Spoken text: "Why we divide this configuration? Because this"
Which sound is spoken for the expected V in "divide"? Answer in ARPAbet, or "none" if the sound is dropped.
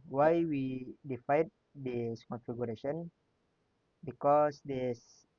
F